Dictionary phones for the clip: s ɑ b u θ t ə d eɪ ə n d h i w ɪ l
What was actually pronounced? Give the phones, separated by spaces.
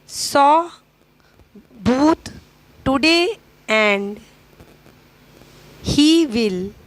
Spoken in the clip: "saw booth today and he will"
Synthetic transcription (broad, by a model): s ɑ b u t t ə d eɪ ə n d h i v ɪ l